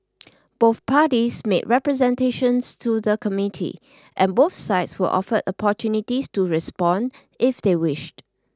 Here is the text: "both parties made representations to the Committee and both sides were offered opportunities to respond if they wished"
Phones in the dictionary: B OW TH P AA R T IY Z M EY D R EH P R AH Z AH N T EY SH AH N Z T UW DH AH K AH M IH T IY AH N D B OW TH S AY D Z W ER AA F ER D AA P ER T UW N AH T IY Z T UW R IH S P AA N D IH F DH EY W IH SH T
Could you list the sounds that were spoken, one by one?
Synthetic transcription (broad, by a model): B OW TH P AA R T IY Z M EY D R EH P R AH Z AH N T EY SH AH N S T UW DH AH K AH M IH T IY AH N B OW TH S AY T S W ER AA F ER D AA P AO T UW N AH T IY S T UW R IH S P AA N D IH F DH EY W IH SH T